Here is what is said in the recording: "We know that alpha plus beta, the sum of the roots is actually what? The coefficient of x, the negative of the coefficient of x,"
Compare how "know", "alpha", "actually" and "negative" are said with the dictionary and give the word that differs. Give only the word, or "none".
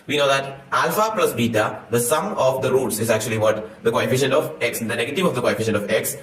none